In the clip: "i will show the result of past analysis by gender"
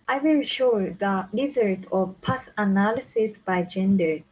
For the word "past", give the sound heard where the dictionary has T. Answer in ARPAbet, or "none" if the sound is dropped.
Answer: none